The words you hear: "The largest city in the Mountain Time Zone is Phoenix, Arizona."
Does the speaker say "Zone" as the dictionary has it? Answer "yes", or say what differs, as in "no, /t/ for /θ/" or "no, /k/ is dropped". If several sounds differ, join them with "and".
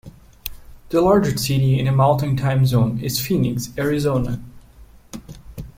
yes